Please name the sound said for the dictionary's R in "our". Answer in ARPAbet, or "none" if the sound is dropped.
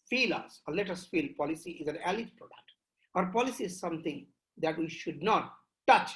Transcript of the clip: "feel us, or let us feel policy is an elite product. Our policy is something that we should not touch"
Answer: R